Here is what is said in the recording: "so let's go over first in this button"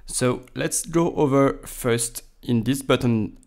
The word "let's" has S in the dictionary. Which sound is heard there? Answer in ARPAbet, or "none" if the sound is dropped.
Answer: S